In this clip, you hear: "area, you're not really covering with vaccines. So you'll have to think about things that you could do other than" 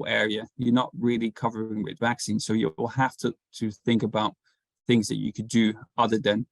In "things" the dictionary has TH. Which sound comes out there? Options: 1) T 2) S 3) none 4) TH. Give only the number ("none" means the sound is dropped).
4